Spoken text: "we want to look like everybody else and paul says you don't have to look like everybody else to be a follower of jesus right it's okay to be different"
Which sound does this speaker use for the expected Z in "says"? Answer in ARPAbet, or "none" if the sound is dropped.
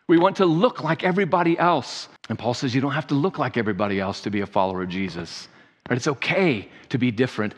Z